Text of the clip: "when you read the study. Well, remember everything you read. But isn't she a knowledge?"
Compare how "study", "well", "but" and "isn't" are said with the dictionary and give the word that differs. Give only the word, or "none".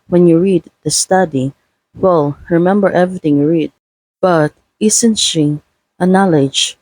isn't